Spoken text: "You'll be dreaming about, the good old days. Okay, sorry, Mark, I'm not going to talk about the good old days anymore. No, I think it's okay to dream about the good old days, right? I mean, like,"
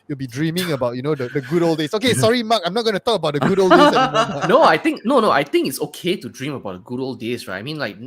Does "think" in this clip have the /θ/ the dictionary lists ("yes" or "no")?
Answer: no